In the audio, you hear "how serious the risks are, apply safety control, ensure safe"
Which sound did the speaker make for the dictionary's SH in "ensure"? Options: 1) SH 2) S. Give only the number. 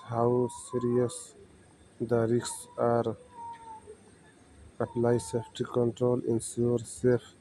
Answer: 2